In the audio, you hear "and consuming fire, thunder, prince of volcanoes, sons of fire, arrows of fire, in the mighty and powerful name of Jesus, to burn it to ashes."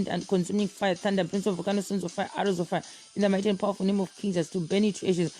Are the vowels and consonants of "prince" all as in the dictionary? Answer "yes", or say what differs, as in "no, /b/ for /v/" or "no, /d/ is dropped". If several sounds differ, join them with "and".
no, /b/ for /p/